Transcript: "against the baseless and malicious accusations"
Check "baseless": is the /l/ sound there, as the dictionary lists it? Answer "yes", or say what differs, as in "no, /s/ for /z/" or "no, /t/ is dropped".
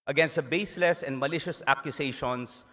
yes